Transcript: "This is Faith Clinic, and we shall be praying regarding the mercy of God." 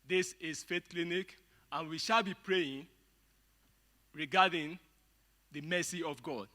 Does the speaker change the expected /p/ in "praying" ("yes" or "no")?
no